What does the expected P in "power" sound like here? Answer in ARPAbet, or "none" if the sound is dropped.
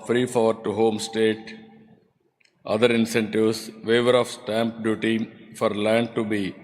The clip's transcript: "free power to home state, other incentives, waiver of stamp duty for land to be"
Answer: F